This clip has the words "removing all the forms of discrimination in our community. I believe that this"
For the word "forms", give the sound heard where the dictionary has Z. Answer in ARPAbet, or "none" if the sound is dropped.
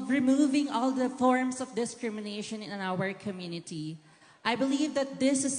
S